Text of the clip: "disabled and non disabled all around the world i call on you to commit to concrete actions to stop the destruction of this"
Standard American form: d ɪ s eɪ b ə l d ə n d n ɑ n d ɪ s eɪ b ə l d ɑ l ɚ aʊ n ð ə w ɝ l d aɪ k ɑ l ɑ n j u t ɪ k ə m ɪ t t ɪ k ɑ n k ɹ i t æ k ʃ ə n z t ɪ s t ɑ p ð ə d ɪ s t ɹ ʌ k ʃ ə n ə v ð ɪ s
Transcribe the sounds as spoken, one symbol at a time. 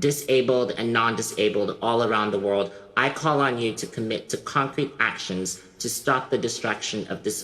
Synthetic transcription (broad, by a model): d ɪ s eɪ b l d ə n n ɑ n d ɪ s eɪ b l d ɑ l ɚ aʊ n ð ə w ɝ l d aɪ k ɑ l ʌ n j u t ɪ k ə m ɪ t t ɪ k ɑ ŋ k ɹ i t æ k ʃ ə n z t ɪ s t ɑ p ð ə d ɪ s t ɹ ʌ k ʃ ə n ə v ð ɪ s